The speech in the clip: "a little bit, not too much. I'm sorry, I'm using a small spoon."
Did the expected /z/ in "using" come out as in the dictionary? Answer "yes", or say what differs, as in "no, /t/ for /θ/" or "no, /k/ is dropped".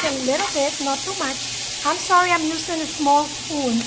no, /s/ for /z/